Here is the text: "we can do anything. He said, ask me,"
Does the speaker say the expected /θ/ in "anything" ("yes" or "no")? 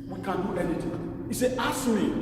no